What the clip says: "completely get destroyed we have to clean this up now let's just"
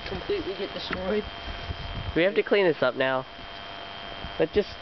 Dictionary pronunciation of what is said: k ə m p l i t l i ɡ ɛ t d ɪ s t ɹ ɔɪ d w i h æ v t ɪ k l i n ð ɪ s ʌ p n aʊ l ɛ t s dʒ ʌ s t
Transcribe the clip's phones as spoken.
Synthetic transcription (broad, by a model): k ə m p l i t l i ɡ ɛ t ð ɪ s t ɹ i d w i h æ f t ɪ k l i n ð ɪ s ʌ p n aʊ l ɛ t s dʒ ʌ s